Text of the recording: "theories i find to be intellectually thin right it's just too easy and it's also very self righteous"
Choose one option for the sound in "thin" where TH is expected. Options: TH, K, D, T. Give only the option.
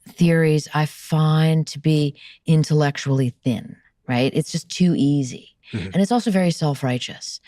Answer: TH